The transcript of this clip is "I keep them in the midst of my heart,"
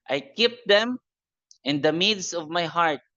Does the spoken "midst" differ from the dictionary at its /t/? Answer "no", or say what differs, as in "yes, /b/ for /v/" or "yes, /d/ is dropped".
yes, /t/ is dropped